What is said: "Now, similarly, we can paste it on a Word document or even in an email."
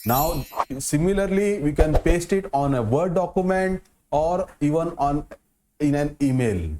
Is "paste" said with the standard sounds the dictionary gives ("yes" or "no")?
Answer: yes